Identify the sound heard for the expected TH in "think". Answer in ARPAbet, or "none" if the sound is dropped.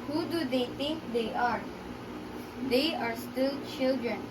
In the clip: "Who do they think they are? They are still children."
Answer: T